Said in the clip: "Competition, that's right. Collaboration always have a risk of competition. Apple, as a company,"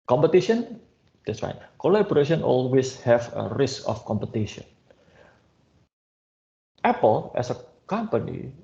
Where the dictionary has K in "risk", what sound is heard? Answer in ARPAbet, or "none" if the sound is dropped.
K